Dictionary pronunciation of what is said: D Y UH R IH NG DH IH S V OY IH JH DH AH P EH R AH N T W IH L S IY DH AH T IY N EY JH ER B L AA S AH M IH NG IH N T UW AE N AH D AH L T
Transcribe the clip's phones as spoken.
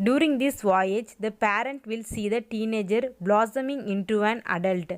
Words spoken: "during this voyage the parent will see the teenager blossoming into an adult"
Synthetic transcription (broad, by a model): D Y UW R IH NG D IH S V OY IH JH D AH P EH R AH N T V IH L S IY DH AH T IY N EY JH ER B L AA S AH M IH NG IH N T UW AE N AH D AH L T